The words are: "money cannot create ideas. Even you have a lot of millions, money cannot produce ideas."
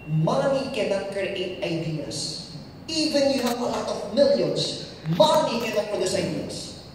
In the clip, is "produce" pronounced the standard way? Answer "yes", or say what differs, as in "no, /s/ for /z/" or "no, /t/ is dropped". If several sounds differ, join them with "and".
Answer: no, /ɹ/ is dropped